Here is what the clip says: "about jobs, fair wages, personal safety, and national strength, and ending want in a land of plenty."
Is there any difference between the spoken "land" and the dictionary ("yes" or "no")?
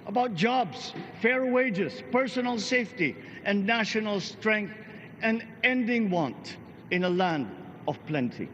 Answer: no